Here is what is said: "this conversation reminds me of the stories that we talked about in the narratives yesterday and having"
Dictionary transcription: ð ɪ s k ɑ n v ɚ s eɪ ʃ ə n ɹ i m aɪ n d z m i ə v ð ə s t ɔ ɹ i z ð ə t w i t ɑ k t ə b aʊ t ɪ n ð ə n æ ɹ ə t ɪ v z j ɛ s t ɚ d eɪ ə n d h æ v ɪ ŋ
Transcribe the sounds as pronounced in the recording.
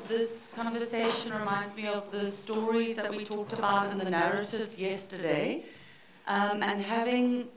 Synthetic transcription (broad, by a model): ð ɪ s k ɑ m v ɚ s eɪ ʃ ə n ɹ i m aɪ n d z m i ə v ð ə s t ɔ ɹ i z ð ə t w i t ɑ k t ə b aʊ t ɪ n ð ə n æ ɹ ə t ɪ v z j ɛ s t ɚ d eɪ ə n h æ v ɪ ŋ